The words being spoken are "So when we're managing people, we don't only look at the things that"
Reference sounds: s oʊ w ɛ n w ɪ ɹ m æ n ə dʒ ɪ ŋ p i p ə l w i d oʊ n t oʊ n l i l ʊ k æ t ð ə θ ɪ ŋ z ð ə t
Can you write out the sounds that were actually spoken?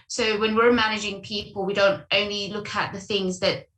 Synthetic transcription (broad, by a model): s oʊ w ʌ n w ɪ ɹ m æ n ə dʒ ɪ ŋ p i p ə l w i d oʊ n t oʊ n l i l ʊ k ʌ t ð ə θ ɪ ŋ z ð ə t